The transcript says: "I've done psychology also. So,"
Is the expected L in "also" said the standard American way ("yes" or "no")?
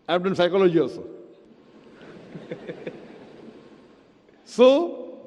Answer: no